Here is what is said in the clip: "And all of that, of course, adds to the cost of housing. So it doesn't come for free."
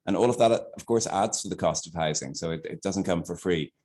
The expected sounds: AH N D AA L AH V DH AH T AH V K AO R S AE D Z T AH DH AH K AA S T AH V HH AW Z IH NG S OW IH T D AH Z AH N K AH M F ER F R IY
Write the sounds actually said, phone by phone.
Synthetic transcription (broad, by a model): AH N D AA L AH V DH AH T AH V K AO R S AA D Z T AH DH AH K AA S T AH V HH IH Z IH NG S OW IH T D AH Z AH N K AH M F ER F R IY